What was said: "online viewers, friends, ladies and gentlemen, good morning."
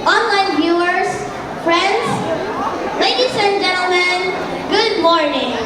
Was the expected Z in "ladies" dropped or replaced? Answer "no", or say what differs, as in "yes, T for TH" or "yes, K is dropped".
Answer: yes, S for Z